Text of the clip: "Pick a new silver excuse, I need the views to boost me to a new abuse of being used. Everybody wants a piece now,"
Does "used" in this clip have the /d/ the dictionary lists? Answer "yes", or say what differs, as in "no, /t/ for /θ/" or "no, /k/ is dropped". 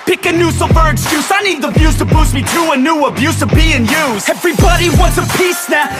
no, /d/ is dropped